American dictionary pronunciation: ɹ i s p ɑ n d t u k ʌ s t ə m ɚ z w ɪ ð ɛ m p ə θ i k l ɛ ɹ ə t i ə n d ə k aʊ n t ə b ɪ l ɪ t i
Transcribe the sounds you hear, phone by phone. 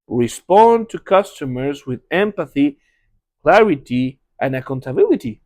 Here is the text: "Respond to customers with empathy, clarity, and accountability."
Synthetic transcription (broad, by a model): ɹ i s p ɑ n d t u k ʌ s t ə m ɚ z w ɪ ð ɛ m p ə θ i k l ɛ ɹ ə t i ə n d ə k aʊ n t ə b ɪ l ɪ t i